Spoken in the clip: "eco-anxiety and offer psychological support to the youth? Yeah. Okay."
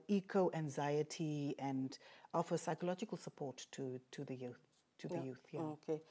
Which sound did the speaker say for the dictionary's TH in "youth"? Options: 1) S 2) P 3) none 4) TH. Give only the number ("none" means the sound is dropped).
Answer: 4